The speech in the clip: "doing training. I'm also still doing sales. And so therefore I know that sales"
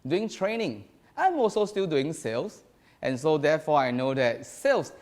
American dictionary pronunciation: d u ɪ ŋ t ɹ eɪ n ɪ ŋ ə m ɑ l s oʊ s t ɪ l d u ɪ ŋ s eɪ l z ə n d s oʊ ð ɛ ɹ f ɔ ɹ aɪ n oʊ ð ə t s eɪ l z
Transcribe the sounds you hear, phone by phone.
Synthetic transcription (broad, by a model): d u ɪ ŋ t ɹ eɪ n ɪ ŋ ə m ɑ s oʊ s t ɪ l d u ɪ ŋ s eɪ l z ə n s oʊ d ɛ f ɔ aɪ n oʊ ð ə t s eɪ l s